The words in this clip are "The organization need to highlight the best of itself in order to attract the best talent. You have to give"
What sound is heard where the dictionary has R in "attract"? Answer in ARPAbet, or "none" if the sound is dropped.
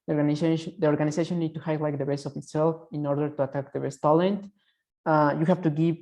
none